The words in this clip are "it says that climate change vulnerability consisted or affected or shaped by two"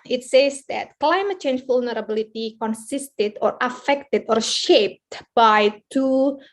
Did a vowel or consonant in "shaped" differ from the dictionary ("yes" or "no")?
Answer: no